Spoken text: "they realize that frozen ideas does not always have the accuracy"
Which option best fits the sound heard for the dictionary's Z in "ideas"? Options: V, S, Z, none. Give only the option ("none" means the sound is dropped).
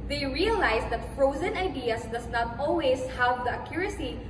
S